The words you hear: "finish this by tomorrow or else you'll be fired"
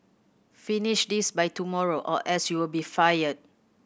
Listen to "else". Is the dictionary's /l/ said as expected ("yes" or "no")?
no